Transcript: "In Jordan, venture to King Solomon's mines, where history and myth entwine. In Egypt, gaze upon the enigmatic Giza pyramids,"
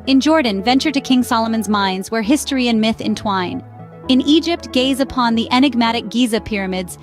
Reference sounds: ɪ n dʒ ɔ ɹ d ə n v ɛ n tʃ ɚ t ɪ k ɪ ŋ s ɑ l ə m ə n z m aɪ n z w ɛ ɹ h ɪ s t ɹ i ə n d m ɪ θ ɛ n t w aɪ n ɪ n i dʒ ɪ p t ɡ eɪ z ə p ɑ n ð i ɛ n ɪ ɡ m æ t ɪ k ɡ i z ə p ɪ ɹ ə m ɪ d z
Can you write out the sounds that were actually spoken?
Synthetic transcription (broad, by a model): ɪ n dʒ ɔ ɹ d n v ɛ n tʃ ɚ t ɪ k ɪ ŋ s ɑ l ə m ə n z m aɪ n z w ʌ ɹ h ɪ s t ɹ i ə n m ɪ θ ɛ n t w aɪ n ɪ n i dʒ ɪ p t ɡ eɪ z ə p ɑ n ð i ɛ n ɪ ɡ m æ t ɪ k ɡ i z ə p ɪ ɹ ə m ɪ d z